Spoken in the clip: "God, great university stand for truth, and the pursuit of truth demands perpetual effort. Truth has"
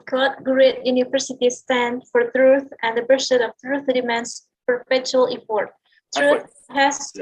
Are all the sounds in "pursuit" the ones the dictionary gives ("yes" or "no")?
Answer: no